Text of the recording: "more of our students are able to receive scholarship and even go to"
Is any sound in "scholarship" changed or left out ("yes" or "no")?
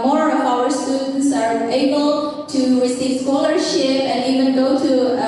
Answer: no